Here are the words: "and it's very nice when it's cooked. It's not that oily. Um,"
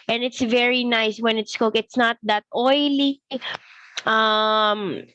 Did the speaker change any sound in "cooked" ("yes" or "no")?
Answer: yes